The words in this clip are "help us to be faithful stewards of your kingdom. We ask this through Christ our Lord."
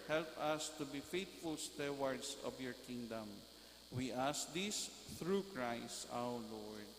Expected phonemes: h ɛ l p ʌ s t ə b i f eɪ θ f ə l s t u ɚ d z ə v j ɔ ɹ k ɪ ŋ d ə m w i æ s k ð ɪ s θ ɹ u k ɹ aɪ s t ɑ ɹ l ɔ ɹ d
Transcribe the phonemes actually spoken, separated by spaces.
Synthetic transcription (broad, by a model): h ɛ l p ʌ s t ə b i f eɪ t f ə l s t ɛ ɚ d s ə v j ɔ ɹ k ɪ ŋ d ə m w i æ s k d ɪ s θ ɹ u k ɹ aɪ s t ɑ w l ɔ ɹ d